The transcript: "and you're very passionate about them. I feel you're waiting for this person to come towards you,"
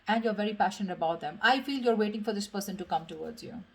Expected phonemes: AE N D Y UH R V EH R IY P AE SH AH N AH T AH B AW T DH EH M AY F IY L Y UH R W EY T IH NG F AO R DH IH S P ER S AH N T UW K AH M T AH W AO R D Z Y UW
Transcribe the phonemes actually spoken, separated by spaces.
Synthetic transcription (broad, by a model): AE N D Y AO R V EH R IY P AE SH AH N AH T AH B AW T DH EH M AY F IY L Y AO R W EY T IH NG F AO R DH IH S P ER S AH N T UW K AH M T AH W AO R D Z Y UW